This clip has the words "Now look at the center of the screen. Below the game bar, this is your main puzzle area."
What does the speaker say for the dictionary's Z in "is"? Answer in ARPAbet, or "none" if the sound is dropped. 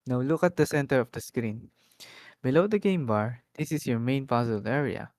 S